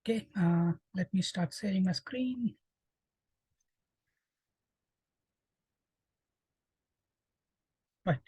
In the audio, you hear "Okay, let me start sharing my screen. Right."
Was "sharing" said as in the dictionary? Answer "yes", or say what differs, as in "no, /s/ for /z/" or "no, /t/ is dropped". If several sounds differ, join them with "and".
no, /s/ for /ʃ/